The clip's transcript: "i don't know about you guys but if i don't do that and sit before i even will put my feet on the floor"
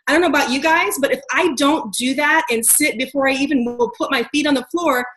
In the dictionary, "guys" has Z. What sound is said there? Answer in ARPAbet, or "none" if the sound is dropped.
Z